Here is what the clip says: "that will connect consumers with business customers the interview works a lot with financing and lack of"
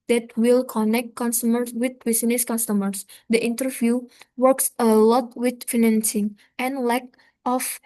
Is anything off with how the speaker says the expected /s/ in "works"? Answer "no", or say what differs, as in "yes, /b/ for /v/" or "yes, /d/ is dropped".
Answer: no